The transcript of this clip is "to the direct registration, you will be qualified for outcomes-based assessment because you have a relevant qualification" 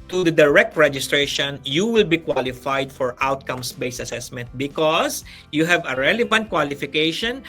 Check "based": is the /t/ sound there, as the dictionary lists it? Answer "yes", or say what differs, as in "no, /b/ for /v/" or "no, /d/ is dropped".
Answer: no, /t/ is dropped